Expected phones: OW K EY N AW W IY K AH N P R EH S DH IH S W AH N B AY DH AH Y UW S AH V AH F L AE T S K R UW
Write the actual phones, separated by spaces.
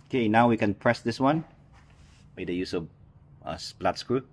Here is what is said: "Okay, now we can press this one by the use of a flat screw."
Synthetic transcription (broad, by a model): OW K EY N AW W IY K AH N P R EH S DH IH S W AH N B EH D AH Y UW S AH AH P L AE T S K R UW